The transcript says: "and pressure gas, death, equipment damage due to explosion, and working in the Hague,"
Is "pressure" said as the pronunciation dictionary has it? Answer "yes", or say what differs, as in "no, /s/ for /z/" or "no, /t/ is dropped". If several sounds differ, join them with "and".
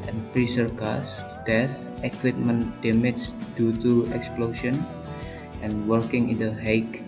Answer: no, /s/ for /ʃ/